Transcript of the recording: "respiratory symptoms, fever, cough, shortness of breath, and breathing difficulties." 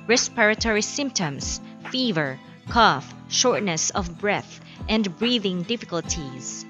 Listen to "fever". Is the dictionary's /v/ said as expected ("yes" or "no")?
yes